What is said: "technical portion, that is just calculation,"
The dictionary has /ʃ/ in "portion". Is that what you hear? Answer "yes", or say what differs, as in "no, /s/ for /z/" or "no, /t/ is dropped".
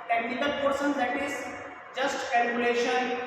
no, /s/ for /ʃ/